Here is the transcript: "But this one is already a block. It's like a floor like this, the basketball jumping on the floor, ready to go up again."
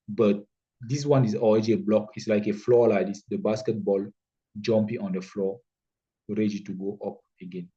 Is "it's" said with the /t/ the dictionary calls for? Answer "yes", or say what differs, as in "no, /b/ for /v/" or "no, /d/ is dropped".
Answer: yes